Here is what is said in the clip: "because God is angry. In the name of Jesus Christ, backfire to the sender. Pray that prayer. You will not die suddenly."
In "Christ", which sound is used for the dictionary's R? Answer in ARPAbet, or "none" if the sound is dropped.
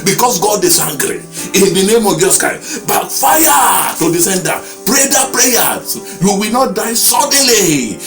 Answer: none